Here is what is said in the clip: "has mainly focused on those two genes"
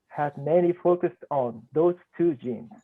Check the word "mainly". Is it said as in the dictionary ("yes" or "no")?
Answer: no